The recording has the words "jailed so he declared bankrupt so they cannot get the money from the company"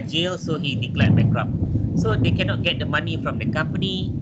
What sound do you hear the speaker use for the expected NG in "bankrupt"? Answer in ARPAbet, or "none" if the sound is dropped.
none